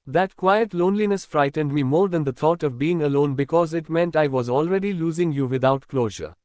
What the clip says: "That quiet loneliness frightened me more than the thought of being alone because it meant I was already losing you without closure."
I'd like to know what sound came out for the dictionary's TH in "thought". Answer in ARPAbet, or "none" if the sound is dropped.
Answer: T